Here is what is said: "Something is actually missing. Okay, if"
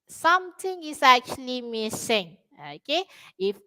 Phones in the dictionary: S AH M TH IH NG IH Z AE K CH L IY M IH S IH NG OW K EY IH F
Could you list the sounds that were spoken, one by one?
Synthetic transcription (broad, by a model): S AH M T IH NG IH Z AE K CH L IY M IH S IH NG OW K EY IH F